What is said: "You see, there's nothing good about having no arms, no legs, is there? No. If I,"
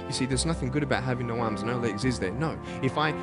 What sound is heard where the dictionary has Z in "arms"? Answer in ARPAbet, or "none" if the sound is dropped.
Z